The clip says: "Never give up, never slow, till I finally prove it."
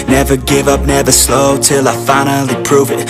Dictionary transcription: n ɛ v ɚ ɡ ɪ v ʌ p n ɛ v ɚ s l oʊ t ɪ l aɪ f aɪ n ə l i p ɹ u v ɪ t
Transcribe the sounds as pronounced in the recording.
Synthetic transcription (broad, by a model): n ɛ v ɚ ɡ ɪ v ʌ p n ɛ v ɚ s l oʊ t ɪ l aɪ f aɪ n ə l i p ɹ u v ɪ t